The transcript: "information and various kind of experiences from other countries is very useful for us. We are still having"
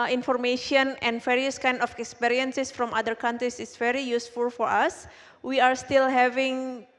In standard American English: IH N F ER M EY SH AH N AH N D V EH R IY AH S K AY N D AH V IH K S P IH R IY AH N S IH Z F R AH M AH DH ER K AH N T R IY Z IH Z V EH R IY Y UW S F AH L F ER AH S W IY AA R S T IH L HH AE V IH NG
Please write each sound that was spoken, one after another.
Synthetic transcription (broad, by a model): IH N F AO M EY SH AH N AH N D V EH R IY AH S K AY N D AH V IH K S P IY R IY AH N S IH S F R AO M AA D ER K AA N T R IY S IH S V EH R IY Y UW S F AH L F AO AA S W IY AA R S T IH L HH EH V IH NG